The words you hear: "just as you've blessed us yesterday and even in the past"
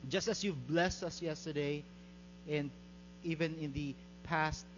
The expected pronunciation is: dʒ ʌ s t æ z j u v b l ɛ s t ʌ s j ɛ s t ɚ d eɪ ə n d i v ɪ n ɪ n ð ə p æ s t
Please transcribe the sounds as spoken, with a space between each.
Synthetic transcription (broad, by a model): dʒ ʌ s t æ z j u v b l ɛ s t ʌ s j ɛ s t ɚ d eɪ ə n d i v ɪ n ɪ n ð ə p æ s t